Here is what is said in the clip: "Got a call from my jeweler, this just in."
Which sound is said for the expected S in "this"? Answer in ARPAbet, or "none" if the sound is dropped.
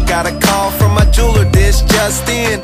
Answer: SH